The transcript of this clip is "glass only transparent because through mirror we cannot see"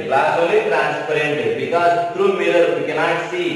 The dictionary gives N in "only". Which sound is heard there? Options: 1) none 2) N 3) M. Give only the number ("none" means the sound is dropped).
1